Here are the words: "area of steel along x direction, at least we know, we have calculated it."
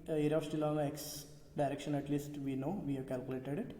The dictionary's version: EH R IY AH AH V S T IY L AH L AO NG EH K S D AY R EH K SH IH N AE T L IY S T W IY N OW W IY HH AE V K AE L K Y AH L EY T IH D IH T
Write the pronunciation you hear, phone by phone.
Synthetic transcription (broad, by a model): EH R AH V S T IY L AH N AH EH K S D AY R EH K SH IH N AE T L IY S T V IY N OW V IY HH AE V K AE L K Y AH L EY T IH D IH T